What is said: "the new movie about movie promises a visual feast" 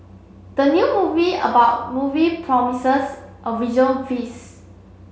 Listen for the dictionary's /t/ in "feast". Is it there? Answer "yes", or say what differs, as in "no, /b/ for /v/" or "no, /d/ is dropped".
no, /t/ is dropped